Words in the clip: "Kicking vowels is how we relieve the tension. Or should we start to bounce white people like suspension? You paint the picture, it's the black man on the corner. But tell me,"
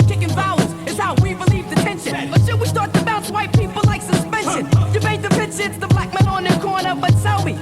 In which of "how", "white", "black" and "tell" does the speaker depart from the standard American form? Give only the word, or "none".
tell